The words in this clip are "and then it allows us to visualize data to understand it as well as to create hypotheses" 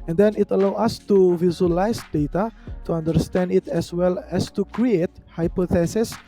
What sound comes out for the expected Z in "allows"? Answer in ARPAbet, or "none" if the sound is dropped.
none